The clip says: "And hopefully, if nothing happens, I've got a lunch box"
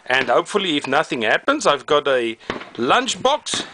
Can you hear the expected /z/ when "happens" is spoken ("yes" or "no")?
yes